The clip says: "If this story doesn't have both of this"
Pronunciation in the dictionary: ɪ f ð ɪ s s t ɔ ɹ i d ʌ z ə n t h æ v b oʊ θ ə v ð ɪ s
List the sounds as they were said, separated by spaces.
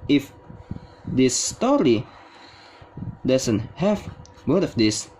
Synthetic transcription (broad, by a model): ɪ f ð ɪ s s t ɔ ɹ i d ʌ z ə n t h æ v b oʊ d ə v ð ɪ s